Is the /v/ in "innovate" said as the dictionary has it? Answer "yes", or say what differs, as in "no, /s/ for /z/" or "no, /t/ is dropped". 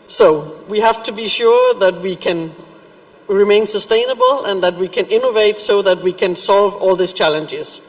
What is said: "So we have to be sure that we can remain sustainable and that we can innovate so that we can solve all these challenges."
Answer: yes